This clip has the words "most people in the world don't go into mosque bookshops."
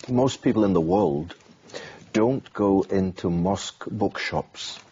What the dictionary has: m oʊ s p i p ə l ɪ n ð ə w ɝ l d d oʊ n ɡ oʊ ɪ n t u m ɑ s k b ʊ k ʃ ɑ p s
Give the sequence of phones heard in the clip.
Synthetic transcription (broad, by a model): m oʊ s p i p l ɪ n ð ə w ɝ l d d oʊ n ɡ oʊ ɪ n t u m ɑ s k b ʊ k ʃ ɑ p s